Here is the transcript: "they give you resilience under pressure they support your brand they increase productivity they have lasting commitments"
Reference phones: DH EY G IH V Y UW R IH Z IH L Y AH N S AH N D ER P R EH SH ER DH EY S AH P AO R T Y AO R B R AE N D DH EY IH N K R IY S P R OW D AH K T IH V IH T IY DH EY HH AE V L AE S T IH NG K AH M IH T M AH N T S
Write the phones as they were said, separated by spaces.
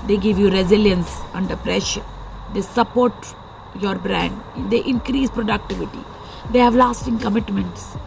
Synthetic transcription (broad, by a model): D EY G IH V Y UW R IH Z IH L Y AH N S AH N D ER P R EH SH ER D EY S AH P AO R T Y AO R B R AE N D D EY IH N K R IY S P R OW D AH K T IH V IH T IY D EY HH AE V L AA S T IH NG K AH M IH T M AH N T S